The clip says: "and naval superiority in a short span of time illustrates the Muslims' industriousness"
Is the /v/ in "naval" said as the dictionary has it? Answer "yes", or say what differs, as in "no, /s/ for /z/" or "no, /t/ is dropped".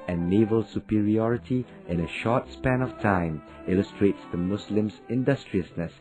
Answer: yes